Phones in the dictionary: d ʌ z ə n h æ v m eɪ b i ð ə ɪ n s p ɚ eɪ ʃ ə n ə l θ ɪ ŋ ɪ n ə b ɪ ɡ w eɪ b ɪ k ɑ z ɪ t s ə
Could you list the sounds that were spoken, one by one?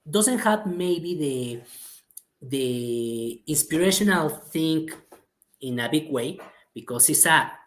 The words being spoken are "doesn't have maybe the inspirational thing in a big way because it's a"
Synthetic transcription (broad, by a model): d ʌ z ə n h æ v m eɪ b i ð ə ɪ n s p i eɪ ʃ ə n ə l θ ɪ ŋ ɪ n ə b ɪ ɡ w eɪ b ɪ k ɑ s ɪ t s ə